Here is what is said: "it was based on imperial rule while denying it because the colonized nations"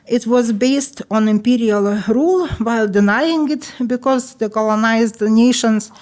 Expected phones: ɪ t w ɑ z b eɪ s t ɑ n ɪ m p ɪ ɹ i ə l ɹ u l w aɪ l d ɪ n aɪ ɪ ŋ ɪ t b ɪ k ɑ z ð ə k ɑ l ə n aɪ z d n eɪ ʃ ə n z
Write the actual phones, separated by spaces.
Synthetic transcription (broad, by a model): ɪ t w ɑ z b eɪ s t ɑ n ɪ m p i ɹ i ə l ɹ u l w aɪ l d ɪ n aɪ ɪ ŋ ɪ t b ɪ k ɑ z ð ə k ɑ l ə n aɪ z d n eɪ ʃ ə n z